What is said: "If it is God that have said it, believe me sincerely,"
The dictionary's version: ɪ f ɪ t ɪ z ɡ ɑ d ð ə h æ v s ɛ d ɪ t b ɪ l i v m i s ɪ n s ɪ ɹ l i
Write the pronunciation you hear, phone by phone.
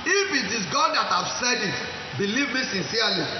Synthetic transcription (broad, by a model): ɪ f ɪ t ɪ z ɡ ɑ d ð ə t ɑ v s ɛ d ɪ t b ɪ l i v m i s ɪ n s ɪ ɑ l i